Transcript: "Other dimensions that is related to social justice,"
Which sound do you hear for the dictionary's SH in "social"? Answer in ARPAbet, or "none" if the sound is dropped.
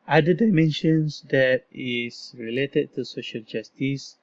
SH